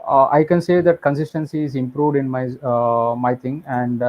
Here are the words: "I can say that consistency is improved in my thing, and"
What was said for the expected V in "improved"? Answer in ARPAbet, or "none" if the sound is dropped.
V